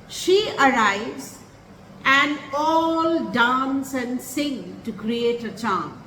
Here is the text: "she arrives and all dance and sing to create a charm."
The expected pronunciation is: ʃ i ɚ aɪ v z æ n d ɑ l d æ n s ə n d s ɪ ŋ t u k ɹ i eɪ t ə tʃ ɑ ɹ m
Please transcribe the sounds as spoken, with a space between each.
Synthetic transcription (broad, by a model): ʃ i ɚ aɪ v z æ n d ɑ l d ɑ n s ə n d s ɪ ŋ t u k ɹ i eɪ t ə tʃ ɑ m